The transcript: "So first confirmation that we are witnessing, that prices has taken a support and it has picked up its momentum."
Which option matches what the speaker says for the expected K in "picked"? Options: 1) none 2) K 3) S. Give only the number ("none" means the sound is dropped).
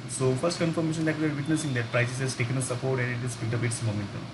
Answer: 1